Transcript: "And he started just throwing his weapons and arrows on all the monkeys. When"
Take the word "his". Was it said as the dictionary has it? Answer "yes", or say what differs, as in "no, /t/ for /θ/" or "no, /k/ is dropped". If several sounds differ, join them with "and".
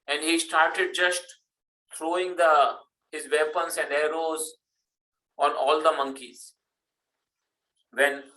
yes